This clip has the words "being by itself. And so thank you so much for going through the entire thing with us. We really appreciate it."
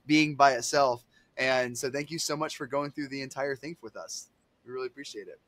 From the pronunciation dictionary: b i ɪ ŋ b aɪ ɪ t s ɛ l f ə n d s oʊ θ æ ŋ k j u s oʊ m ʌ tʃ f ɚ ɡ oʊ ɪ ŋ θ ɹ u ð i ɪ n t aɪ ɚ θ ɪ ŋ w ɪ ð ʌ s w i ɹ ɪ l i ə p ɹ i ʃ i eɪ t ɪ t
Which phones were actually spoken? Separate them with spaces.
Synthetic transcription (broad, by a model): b i ɪ ŋ b aɪ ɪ t s ɛ l f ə n s oʊ θ æ ŋ k j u s oʊ m ʌ tʃ f ɚ ɡ oʊ ɪ ŋ θ ɹ u ð i ɪ n t aɪ ɚ θ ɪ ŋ w ɪ ð ʌ s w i ɹ ɪ l i ə p ɹ i ʃ i eɪ t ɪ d